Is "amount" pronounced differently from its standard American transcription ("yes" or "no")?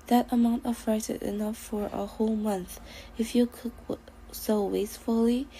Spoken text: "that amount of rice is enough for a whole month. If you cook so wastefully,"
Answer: no